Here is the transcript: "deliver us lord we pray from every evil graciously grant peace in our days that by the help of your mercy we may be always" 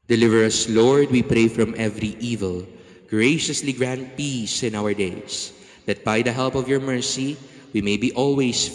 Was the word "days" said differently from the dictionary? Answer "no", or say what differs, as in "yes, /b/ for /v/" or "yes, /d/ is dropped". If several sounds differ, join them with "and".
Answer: yes, /s/ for /z/